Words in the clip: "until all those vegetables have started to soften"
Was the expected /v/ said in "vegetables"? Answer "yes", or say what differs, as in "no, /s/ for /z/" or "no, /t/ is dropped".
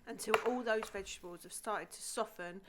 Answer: yes